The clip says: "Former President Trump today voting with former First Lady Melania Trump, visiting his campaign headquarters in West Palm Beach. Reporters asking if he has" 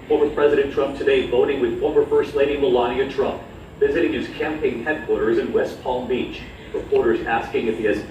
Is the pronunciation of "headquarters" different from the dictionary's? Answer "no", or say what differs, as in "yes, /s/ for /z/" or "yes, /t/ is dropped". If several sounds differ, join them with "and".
no